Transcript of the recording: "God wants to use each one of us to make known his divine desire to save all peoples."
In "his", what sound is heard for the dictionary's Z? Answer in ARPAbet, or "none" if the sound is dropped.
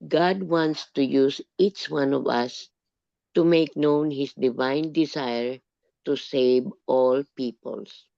S